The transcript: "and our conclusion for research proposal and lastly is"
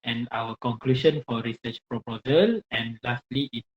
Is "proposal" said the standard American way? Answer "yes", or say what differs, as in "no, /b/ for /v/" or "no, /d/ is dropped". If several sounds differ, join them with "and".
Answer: yes